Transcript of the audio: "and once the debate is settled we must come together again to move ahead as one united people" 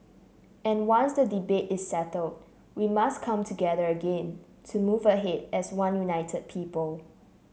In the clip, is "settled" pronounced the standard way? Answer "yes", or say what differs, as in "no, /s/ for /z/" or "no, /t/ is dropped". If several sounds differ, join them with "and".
yes